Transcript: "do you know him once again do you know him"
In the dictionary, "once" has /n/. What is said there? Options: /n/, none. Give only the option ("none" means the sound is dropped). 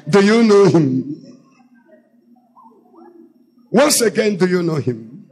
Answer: /n/